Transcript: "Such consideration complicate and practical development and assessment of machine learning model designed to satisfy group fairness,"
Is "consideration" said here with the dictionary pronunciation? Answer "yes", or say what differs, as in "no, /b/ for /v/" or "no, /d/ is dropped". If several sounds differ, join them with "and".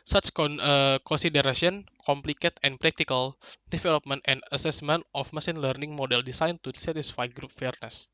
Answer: no, /s/ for /ʃ/